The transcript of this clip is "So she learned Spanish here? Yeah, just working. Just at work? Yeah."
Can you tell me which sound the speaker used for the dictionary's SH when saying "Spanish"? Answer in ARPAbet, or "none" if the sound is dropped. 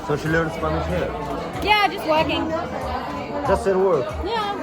S